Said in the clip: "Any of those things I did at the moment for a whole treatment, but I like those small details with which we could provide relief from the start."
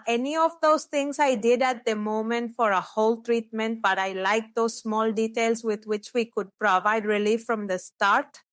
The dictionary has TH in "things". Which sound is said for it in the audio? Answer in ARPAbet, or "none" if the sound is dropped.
T